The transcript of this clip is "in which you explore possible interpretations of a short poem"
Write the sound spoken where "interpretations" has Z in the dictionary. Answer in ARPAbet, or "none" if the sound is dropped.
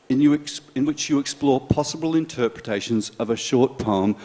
Z